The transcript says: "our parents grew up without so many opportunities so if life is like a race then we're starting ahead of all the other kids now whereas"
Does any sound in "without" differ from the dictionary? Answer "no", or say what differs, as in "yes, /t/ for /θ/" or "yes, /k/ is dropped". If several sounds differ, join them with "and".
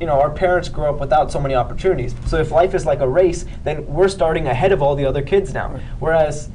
no